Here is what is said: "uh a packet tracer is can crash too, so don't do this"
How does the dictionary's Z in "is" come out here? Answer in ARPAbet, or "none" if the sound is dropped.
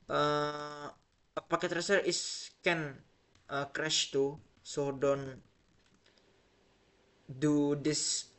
S